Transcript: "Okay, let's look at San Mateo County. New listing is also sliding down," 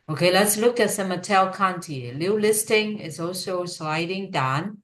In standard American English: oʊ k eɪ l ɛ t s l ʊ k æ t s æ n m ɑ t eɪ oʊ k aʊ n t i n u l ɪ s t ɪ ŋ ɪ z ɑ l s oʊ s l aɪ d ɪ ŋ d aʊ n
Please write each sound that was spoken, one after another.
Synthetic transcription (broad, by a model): oʊ k eɪ l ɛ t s l ʊ k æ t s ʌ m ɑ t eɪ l k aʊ n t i l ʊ l ɪ s t ɪ ŋ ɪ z ɑ l s oʊ s l aɪ d ɪ ŋ d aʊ n